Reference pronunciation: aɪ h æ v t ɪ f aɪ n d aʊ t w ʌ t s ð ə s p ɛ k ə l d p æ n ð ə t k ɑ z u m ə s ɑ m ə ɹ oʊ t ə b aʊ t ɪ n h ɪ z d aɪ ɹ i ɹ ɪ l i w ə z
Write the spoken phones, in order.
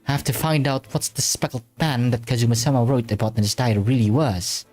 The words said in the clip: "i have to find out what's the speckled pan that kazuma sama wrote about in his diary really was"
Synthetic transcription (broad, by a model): aɪ h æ f t ɪ f aɪ n d aʊ t w ʌ t s ð ə s p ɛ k l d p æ n ð ə t k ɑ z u m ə s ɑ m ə ɹ oʊ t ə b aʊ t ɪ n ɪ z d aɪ i ɹ ɪ l i w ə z